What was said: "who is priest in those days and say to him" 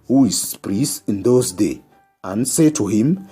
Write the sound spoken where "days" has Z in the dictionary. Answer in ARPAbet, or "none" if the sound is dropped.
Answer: none